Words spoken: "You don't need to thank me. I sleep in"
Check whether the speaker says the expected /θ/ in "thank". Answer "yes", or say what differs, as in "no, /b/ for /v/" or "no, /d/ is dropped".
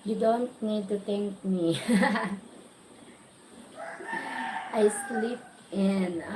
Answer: no, /t/ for /θ/